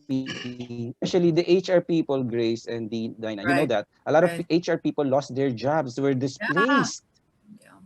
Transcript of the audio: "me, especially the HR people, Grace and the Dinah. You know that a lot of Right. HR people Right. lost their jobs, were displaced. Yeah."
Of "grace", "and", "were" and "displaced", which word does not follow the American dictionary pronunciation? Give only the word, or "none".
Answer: none